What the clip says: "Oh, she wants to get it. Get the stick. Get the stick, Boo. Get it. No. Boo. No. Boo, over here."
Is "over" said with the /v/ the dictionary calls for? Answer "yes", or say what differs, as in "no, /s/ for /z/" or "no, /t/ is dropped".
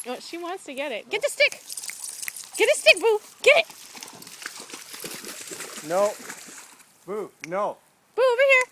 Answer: no, /b/ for /v/